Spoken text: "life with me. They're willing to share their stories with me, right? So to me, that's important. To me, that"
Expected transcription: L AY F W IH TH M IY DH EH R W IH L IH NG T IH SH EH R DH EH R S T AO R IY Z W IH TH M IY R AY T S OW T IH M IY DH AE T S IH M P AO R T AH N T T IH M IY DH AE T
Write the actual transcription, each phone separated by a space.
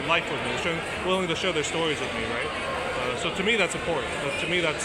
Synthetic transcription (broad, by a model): L AY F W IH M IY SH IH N W IH L IH NG T IH SH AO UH DH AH R S T AO R IY Z W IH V M IY R AY T S OW T IH M IY DH AE T S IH M P AO R T N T T IH M IY DH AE T